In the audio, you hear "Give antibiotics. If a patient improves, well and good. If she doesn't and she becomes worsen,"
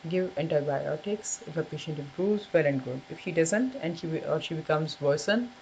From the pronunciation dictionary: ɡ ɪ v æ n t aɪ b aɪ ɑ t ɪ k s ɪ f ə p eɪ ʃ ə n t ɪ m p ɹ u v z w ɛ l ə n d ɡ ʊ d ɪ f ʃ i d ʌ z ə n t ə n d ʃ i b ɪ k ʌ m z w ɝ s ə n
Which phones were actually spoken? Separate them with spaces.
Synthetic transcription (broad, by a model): ɡ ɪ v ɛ n t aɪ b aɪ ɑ t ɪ k s ɪ f ə p eɪ ʃ ə n t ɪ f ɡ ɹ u z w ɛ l ə n d ɡ ʊ d ɪ f ʃ i d ʌ z ə n t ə n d ʃ i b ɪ k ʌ m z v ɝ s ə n